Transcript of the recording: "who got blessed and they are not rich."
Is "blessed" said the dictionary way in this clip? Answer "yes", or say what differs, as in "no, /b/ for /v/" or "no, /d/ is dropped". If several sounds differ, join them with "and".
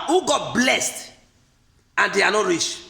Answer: yes